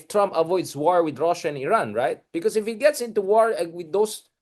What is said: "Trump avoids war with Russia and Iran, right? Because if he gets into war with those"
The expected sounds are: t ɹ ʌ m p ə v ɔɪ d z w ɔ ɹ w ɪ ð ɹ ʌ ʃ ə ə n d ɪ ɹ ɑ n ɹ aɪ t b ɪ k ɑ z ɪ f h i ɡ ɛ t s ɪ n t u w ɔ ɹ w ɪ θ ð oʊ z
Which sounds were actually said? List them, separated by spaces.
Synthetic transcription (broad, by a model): t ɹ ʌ m p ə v ɔɪ d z w ɔ ɹ w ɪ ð ɹ ʌ ʃ ə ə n ɪ ɹ ɑ n ɹ aɪ t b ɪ k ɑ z ɪ f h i ɡ ɛ t s ɪ n t u w ɔ ɹ w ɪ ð oʊ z